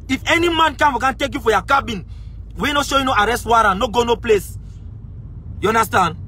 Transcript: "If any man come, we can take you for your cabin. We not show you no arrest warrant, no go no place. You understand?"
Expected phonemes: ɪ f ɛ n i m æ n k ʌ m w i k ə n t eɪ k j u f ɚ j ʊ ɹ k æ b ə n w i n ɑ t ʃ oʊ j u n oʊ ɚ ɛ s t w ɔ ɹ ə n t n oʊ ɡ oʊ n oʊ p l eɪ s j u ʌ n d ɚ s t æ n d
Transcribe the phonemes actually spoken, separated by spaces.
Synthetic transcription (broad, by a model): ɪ f ɛ n i m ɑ n k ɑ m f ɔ k ə n t eɪ k j u f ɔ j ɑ k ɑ b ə n w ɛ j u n ʃ oʊ j u n oʊ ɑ ɛ s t w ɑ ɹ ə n n oʊ ɡ oʊ n oʊ p l eɪ s j u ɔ n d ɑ s t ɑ n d